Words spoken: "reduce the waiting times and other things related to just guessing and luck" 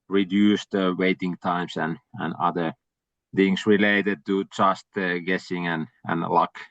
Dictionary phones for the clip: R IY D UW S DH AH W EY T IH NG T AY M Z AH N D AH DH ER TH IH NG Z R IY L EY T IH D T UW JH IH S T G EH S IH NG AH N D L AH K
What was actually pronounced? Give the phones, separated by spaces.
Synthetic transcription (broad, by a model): R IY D UW S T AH W EY T IH NG T AY M S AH N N AH DH ER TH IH NG S R IY L EY T IH D T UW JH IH S T G EH S IH NG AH N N L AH K